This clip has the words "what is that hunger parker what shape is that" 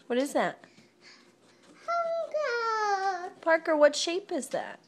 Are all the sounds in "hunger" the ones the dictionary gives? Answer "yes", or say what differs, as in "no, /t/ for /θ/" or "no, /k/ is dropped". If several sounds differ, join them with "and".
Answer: no, /ŋ/ is dropped